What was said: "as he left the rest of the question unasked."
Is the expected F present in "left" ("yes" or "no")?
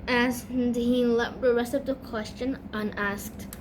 no